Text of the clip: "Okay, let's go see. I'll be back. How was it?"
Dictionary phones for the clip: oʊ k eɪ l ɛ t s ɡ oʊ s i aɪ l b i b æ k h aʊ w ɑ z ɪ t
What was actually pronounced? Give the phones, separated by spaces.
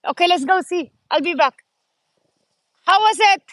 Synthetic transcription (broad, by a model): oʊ k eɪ l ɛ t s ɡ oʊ s i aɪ l b i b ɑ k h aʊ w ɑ s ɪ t